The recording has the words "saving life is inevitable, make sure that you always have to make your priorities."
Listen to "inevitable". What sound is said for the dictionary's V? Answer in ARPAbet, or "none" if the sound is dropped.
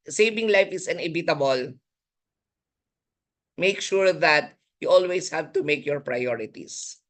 B